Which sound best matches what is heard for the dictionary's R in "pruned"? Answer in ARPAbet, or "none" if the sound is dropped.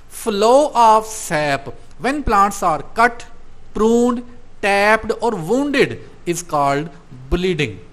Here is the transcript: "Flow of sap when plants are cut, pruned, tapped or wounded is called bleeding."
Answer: R